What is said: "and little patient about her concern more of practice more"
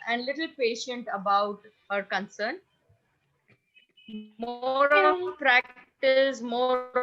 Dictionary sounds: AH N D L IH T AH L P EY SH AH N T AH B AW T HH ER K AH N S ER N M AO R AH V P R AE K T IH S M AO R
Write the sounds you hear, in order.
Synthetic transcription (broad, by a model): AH N D L IH T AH L P EY SH AH N T AH B AW T HH ER K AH N S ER N M AO R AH P R AE K T IH S M AO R